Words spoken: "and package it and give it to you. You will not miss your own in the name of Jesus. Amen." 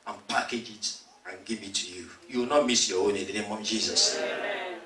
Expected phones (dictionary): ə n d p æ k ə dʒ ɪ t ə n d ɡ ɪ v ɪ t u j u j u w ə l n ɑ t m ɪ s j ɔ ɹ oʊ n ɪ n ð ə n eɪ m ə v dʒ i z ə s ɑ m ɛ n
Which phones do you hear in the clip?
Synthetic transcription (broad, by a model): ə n p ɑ k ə dʒ ɪ t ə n ɡ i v ɪ t u j u j u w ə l n ɑ t m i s j ɔ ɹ oʊ n ɪ n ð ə n eɪ m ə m dʒ i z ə s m